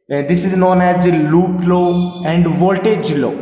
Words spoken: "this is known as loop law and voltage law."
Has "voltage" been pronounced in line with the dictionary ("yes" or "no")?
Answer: yes